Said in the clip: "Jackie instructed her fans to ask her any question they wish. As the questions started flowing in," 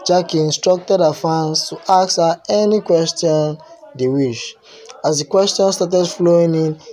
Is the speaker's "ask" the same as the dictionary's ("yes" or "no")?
no